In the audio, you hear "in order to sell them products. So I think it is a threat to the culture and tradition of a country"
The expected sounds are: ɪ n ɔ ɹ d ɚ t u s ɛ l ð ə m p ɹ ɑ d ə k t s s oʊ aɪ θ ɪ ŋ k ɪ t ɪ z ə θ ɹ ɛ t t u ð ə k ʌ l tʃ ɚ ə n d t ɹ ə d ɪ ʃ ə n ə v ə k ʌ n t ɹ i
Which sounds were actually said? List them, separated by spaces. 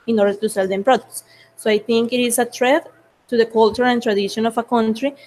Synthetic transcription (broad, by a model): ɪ n ɔ ɹ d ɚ t u s ɛ l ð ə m p ɹ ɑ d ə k t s s oʊ aɪ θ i ŋ k ɪ t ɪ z ə t ɹ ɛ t t u ð ə k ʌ l tʃ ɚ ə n t ɹ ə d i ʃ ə n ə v ə k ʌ n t ɹ i